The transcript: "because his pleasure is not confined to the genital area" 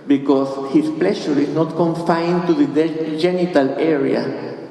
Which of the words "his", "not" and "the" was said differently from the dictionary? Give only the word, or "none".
his